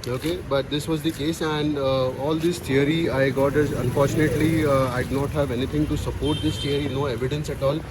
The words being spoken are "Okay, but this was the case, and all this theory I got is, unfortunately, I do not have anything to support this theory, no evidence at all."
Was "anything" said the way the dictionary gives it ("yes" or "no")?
no